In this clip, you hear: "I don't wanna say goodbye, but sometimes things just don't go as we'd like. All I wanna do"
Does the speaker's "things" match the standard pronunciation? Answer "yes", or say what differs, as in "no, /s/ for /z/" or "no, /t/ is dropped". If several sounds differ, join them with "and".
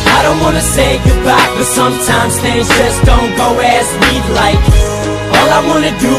no, /ŋ/ is dropped